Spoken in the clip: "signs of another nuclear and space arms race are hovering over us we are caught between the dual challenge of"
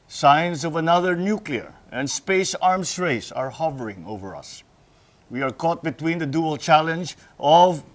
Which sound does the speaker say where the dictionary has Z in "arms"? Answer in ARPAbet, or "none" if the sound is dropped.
S